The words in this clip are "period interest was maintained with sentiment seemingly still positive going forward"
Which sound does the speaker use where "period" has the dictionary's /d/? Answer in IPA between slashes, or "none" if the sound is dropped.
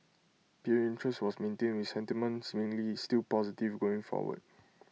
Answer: none